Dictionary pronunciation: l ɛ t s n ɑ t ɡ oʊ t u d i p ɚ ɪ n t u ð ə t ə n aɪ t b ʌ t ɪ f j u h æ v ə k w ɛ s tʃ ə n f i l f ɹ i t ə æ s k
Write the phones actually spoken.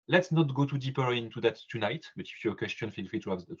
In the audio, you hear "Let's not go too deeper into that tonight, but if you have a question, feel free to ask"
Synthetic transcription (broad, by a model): l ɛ t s n ɑ t ɡ oʊ t u d i p ɚ ɪ n t u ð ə t ə n aɪ t b ʌ t ɪ f j u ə k w ɛ s tʃ ə n f i l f i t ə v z